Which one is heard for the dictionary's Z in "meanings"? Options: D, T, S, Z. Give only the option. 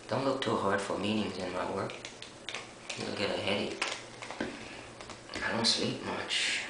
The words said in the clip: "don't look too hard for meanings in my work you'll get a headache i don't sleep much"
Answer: Z